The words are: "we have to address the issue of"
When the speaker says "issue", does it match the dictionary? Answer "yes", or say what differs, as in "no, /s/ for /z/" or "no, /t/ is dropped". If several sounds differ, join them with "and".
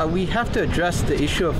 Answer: yes